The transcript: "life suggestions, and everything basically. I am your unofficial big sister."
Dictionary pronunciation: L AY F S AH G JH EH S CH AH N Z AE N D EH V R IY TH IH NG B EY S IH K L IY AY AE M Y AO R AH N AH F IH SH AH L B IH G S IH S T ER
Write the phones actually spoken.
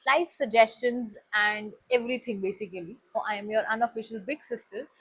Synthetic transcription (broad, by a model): L AY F S AH G JH EH S CH AH N Z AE N D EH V R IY T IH NG B EY S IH K L IY AY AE M Y AO R AH N AH F IH SH AH L B IH G S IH S T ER